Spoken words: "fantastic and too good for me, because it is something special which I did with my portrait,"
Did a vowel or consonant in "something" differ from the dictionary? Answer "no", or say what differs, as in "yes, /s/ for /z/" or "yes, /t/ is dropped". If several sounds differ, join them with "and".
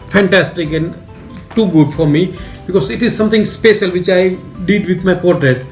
yes, /t/ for /θ/